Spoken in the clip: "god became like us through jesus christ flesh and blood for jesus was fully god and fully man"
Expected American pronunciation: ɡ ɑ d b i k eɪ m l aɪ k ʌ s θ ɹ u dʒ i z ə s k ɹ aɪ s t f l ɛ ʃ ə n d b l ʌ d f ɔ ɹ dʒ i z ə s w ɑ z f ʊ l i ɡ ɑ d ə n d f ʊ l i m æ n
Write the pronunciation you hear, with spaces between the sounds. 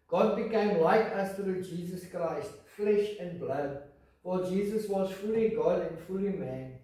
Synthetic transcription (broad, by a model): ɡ ɑ d b i k eɪ m l aɪ k ʌ s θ ɹ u dʒ i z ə s k ɹ aɪ s t f l ɛ ʃ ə n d b l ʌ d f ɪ l dʒ i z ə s w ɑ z f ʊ l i ɡ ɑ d ə n d f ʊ l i m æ n